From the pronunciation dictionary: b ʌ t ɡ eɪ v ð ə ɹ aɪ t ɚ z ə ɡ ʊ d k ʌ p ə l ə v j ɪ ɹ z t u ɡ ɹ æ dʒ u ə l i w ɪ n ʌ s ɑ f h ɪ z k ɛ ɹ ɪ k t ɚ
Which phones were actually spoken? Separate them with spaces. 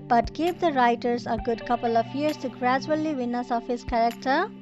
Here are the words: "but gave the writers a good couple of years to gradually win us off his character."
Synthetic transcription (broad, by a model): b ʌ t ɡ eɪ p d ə ɹ aɪ t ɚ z ə ɡ ʊ d k ʌ p ə l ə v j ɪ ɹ s t u ɡ ɹ æ dʒ u ə l i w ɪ n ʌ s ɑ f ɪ s k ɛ ɹ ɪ k t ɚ